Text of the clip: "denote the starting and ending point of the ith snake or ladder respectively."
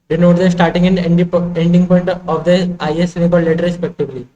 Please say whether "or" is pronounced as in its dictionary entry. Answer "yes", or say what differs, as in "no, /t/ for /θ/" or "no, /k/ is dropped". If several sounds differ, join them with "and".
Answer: no, /l/ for /ɹ/